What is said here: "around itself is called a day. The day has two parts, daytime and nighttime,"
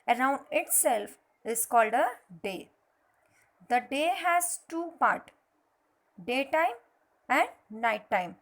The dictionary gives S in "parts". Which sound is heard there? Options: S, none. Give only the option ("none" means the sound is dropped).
none